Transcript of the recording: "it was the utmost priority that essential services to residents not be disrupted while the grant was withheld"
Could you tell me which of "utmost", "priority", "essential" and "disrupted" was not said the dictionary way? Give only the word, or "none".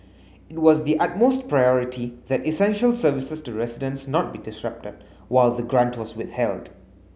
none